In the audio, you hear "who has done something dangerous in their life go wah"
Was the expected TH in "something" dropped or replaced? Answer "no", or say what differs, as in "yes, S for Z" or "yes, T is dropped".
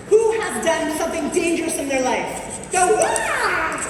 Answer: no